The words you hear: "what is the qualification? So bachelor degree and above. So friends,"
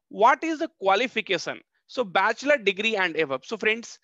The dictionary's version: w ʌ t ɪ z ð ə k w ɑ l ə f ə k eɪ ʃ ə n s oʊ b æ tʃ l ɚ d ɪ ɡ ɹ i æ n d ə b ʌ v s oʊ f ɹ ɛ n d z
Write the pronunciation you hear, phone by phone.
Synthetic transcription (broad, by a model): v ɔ t ɪ z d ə k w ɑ l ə f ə k eɪ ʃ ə n s oʊ b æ tʃ l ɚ d ɪ ɡ ɹ i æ n d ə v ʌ p s oʊ f ɹ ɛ n d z